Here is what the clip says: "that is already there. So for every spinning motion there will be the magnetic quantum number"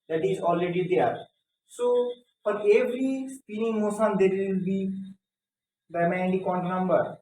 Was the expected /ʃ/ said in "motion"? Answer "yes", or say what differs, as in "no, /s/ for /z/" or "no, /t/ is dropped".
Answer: no, /s/ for /ʃ/